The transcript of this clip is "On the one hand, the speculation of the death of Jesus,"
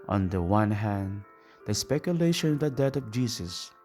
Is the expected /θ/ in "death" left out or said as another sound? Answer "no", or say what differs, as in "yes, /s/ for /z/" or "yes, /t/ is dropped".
yes, /t/ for /θ/